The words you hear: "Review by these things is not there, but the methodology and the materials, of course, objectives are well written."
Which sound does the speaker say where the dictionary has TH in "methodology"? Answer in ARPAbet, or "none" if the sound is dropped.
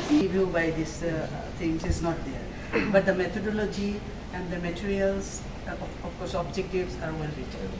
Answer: T